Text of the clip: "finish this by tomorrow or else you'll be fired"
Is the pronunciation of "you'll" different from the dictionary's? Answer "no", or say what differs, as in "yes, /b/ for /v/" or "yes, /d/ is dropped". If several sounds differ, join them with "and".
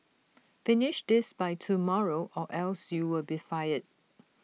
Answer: yes, /w/ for /l/